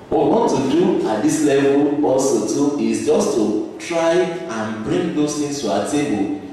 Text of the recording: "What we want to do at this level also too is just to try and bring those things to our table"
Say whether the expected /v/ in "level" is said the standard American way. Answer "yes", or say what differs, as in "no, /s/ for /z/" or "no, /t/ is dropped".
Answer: yes